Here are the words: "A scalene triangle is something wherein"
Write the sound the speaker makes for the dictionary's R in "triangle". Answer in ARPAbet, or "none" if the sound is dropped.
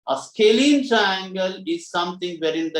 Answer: R